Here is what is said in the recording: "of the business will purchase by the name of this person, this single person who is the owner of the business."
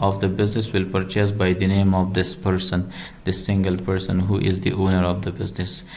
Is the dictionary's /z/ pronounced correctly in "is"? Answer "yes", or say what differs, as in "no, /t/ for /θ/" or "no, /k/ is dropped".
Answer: yes